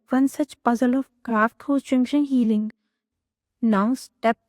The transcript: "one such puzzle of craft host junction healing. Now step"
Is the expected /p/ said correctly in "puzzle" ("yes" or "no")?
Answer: yes